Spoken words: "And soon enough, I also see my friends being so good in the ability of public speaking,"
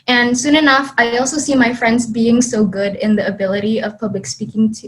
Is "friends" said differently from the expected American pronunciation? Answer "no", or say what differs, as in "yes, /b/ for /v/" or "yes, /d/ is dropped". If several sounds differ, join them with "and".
no